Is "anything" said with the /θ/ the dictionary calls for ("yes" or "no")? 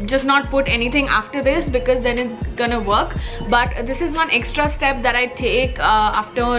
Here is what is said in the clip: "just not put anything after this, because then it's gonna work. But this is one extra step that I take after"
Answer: no